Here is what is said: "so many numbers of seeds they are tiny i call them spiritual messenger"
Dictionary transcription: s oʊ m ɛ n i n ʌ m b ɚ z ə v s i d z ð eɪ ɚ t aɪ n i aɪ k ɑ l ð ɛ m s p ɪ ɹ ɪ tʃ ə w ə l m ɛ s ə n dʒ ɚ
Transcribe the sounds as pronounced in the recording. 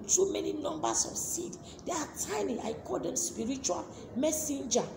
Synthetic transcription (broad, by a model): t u m ɛ n i n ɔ m b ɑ s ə f s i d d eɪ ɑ t aɪ n i aɪ k ɑ l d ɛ m s p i ɹ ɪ tʃ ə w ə l m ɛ s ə n dʒ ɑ